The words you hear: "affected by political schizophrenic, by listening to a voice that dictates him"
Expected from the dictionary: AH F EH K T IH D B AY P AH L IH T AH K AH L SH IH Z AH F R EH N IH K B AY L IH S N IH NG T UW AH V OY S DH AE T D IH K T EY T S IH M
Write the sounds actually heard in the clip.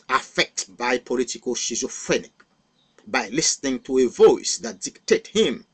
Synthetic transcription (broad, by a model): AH F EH K T B AY P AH L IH T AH K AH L SH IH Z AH F R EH N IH K B AY L IH S N IH NG T UW AH V OY S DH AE T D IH K T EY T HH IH M